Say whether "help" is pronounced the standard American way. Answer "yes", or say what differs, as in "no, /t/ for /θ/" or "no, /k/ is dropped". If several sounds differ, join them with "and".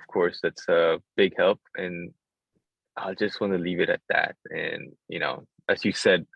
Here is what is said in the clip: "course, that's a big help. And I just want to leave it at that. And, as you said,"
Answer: yes